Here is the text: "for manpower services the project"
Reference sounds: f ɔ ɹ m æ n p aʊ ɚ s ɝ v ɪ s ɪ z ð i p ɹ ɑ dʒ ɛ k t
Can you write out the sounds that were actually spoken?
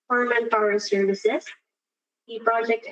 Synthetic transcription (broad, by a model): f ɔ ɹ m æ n f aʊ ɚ s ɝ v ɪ s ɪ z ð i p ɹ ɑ dʒ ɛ k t